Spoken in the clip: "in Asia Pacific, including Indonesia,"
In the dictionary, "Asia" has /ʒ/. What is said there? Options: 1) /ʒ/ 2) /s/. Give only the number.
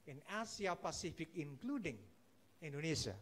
2